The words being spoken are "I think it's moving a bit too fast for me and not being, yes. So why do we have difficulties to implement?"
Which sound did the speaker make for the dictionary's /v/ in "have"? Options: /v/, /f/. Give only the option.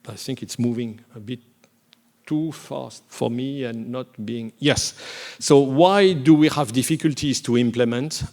/v/